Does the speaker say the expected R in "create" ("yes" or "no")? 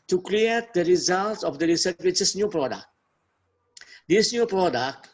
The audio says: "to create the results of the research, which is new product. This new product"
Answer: no